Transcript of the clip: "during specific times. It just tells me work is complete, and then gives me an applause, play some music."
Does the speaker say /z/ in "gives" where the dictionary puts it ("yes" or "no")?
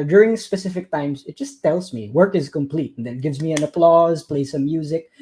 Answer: yes